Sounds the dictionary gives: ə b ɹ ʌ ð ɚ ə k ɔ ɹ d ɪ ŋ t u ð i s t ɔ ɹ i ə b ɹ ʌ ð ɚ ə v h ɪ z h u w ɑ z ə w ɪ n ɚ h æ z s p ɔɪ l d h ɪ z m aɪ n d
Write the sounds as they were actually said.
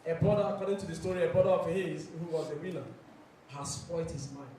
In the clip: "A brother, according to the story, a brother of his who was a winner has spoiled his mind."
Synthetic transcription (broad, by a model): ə b ɹ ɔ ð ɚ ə k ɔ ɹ d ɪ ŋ t u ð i s t ɔ ɹ i ə b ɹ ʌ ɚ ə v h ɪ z h u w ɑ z ə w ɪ l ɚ h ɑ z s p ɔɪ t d h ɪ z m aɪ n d